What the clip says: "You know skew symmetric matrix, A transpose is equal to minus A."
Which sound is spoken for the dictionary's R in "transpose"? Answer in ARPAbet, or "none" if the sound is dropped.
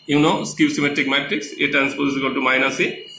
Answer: none